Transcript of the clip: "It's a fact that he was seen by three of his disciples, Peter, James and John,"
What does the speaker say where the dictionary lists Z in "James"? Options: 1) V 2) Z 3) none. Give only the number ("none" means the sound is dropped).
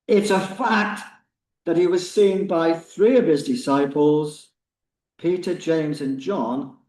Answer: 2